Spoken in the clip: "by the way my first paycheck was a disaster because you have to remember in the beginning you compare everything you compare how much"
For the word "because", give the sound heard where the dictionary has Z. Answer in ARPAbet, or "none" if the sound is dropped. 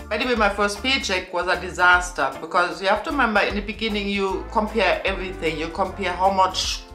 Z